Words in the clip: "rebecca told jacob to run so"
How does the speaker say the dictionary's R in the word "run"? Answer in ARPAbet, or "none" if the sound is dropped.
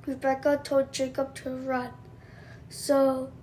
R